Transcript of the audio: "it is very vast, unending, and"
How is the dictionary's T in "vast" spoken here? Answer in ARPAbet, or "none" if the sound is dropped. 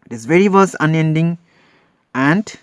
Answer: none